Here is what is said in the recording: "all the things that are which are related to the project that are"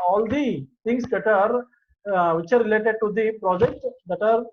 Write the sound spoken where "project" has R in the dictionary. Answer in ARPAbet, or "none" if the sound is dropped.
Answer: R